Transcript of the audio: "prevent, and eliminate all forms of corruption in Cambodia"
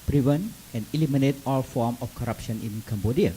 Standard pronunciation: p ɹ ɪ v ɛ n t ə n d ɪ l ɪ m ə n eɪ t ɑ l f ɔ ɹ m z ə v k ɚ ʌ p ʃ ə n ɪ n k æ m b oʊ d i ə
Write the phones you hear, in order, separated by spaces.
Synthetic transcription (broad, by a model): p ɹ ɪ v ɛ n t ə n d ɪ l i m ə n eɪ t ɑ l f ɔ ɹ m ə f k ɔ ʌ p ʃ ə n ɪ n k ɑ m b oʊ d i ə